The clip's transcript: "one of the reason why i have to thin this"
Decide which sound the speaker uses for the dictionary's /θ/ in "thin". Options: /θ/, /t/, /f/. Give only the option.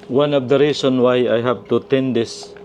/t/